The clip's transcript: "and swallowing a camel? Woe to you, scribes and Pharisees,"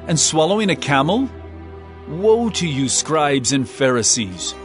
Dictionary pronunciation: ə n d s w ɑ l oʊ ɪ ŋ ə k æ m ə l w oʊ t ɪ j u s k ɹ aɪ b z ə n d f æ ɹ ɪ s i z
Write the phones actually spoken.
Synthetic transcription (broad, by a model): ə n s w ɑ l oʊ ɪ ŋ ə k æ m l w oʊ t ɪ j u s k ɹ aɪ b z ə n f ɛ ɹ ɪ s i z